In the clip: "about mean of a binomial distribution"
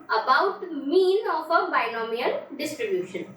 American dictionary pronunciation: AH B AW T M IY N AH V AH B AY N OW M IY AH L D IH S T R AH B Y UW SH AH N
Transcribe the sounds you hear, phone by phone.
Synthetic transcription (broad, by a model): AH B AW T M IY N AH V AH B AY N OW M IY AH N D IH S T R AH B Y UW SH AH N